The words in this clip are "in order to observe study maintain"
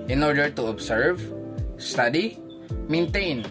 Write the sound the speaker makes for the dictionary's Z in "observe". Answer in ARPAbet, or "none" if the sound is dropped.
S